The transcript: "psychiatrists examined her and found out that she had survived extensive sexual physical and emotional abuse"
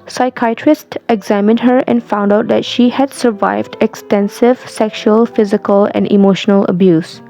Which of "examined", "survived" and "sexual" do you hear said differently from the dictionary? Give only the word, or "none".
none